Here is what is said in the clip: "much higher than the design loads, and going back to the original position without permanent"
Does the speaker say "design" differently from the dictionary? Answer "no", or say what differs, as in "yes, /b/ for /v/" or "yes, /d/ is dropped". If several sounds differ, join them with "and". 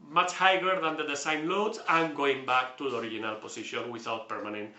yes, /s/ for /z/